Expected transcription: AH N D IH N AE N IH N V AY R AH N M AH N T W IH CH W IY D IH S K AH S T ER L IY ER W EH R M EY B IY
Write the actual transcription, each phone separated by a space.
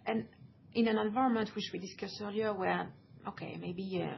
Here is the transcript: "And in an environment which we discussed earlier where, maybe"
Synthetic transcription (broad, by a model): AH N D IH N AE N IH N V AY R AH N M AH N T W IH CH W IY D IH S K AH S ER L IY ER W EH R M EY B IY